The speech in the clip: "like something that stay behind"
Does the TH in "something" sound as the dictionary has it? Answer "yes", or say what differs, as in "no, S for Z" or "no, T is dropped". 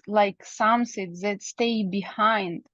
no, S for TH